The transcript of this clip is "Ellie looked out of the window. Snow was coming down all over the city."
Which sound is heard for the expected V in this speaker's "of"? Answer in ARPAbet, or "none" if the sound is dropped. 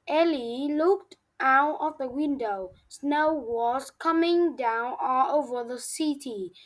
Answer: F